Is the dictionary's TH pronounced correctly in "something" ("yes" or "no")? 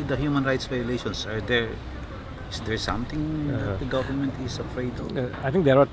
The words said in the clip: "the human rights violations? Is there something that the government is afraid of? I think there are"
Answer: no